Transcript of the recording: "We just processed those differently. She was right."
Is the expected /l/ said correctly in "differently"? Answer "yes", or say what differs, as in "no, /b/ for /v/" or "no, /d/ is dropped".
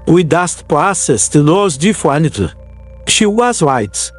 no, /l/ is dropped